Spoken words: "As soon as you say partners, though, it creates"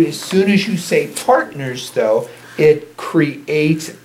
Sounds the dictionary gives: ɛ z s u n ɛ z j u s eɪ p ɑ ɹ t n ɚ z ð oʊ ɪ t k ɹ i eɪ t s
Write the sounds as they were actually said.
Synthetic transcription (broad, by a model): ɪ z s u n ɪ z j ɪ s eɪ p ɑ ɹ t n ɚ z ð oʊ ɪ t k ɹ i eɪ t s